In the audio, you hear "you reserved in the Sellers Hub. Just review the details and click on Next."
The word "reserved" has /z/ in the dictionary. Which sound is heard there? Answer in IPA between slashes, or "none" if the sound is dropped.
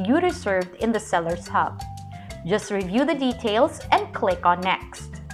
/s/